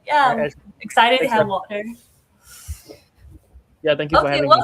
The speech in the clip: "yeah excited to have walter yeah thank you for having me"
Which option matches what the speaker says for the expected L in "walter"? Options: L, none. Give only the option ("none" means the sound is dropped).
none